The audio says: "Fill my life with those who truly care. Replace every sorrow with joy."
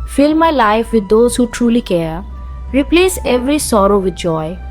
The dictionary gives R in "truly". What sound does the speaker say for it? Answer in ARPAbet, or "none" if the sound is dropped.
R